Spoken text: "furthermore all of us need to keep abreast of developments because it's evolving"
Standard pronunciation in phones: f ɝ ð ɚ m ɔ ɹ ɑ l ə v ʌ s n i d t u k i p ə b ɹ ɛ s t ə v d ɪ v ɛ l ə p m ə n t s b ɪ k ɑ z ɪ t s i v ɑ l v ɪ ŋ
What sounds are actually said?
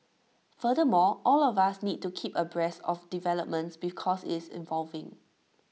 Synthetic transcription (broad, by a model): f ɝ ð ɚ m ɔ ɑ l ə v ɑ s n i d t u k i p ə b ɹ ɛ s ə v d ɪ v ɛ l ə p m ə n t s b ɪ k ɑ s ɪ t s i v ɑ l v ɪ ŋ